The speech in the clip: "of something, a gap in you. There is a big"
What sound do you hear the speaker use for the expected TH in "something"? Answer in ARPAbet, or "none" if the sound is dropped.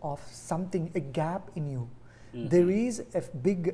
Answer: T